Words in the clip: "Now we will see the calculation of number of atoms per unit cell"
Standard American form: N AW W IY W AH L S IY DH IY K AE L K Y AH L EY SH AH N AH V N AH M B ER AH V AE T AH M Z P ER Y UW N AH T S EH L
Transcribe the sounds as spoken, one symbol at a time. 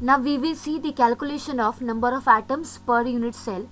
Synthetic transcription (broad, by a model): N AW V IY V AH S IY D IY K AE L K Y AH L EY SH AH N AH F N AH M B ER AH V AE T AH M S P ER Y UW N AH T S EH L